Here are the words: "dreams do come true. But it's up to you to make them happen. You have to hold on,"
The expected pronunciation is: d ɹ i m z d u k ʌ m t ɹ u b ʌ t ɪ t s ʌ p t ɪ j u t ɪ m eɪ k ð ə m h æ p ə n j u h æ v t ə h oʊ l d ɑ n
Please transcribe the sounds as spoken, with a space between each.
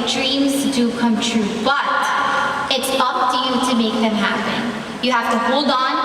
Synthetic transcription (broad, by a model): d ɹ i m z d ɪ k ʌ m t ɹ u b ʌ t ɪ t s ʌ p t ɪ j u t ɪ m eɪ k ð ə m h æ p ə n j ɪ h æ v t ə h oʊ l d n